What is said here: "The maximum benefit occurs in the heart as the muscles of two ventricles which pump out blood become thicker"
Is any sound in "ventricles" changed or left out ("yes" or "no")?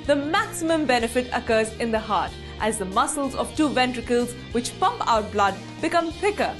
no